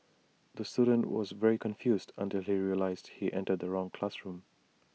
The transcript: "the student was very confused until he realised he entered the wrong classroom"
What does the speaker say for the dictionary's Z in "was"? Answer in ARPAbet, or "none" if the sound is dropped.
Z